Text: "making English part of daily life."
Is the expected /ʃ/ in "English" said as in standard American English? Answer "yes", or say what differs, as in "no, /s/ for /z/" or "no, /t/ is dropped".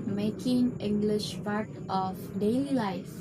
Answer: yes